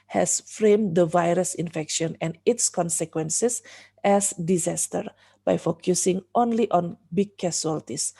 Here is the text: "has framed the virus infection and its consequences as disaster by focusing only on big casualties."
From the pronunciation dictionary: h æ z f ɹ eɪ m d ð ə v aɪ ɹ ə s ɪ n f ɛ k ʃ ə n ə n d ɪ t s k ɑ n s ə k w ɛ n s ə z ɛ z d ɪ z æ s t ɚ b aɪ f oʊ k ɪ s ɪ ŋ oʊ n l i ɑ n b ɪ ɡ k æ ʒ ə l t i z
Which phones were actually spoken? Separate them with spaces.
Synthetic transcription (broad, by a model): h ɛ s f ɹ eɪ m d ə v aɪ ɹ ə s ɪ n f ɛ k ʃ ə n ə n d ɪ t s k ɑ n s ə k w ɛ n s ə s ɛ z d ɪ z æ s t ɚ b aɪ f oʊ k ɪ s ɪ ŋ oʊ n l i ɑ n b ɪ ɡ k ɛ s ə l t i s